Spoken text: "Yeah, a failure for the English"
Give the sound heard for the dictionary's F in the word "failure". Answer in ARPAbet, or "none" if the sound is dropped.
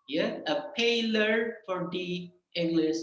P